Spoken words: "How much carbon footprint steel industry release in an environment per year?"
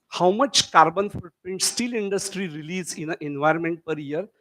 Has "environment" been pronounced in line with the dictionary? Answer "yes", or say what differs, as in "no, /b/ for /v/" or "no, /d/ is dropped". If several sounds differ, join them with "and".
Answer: yes